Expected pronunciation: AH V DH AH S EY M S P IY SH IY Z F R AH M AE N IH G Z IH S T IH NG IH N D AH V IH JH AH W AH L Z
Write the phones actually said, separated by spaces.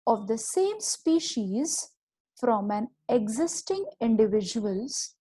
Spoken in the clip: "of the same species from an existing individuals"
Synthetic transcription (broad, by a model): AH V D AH S EY M S P IY SH IY Z F R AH M AE N IH G Z IH S T IH NG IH N D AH V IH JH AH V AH L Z